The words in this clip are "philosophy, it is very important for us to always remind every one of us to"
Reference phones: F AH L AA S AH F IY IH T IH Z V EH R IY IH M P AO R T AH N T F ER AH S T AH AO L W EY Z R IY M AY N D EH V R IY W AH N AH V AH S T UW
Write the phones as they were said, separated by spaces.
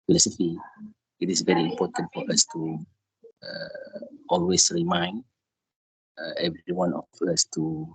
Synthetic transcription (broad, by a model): F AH L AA S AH F IY IH T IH S V EH R IY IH M P AO T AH N T F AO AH S T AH AO L W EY S R IY M AY N D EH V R IY W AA N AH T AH S T UW